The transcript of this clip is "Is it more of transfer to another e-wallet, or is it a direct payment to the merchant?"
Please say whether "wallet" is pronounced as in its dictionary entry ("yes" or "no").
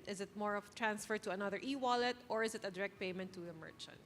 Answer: yes